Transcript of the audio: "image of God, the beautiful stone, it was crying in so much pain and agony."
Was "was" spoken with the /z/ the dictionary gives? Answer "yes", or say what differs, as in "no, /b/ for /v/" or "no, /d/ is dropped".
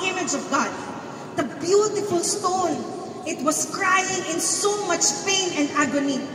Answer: no, /s/ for /z/